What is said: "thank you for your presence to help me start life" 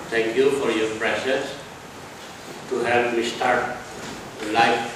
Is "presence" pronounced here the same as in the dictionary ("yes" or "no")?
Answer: no